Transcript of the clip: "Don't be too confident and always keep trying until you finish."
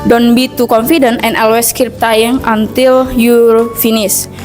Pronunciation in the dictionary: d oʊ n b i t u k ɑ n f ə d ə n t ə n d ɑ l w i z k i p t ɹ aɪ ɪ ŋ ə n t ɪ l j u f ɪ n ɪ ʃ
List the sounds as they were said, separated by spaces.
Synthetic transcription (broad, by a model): d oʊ n b i t u k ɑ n f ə d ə n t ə n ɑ l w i s k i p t aɪ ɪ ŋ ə n t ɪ l j u f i n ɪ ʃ